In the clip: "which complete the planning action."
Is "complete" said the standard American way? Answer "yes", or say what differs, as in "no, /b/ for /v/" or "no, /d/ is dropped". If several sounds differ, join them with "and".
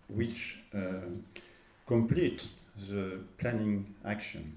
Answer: yes